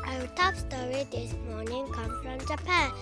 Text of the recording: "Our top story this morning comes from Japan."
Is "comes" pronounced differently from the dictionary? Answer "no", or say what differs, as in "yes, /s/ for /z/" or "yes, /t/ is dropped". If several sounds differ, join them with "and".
yes, /z/ is dropped